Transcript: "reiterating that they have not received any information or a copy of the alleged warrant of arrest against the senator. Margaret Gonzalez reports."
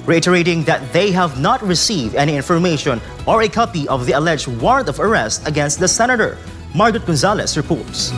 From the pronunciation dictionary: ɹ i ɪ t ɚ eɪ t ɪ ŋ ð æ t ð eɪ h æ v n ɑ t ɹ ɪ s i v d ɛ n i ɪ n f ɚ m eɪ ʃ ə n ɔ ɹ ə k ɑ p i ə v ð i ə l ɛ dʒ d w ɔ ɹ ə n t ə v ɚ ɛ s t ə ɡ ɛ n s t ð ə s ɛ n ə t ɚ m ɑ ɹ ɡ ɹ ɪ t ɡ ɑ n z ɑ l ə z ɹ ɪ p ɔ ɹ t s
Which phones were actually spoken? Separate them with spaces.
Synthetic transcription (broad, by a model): ɹ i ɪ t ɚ eɪ t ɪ ŋ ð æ t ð eɪ h æ v n ɑ t ɹ ɪ s i v d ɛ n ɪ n f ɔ m eɪ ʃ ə n ɔ ɹ ə k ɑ p i ə v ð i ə l ɛ dʒ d w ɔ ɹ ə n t ə v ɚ ɛ s t ə ɡ ɛ n s t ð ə s ɛ n ə t ɚ m ɑ ɹ ɡ ɹ ɪ t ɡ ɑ n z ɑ l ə s ɹ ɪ p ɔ ɹ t s